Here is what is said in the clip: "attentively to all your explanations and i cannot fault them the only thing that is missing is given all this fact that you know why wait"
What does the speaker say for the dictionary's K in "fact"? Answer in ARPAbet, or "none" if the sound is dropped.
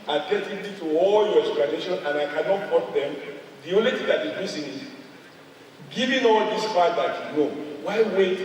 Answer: none